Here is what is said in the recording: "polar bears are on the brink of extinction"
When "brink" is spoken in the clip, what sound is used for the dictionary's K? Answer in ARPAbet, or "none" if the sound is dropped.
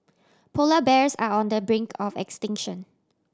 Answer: K